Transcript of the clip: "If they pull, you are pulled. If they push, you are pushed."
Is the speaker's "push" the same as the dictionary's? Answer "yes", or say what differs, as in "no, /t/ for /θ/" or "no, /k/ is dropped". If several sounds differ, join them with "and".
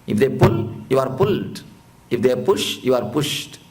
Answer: yes